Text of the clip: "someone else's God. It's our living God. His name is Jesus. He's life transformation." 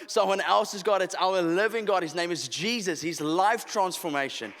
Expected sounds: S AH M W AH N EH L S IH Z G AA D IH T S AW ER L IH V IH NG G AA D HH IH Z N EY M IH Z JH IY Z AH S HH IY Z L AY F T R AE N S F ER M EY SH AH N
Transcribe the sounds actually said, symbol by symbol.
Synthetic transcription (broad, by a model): S AH M W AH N EH L S IH Z G AA D IH T S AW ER L IH V IH NG G AA D HH IH Z N EY M IH Z JH IY Z AH S HH IY Z L AY F T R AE N S F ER M EY SH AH N